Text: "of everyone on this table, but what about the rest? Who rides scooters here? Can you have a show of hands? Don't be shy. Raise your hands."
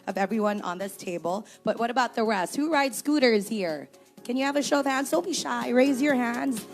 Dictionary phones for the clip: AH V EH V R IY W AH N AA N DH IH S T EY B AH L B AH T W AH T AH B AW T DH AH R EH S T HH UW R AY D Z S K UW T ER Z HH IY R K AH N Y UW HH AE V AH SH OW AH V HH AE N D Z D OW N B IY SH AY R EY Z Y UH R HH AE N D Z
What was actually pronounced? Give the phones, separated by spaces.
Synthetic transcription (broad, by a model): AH V EH V R IY W AH N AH N DH IH S T EY B AH L B AH T W AH T AH B AW T DH AH R EH S T HH UW R AY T S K UW T ER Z HH IY R K AH N Y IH V AH SH OW AH V HH AE N D Z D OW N B IY SH AY R EY Z Y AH R HH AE N D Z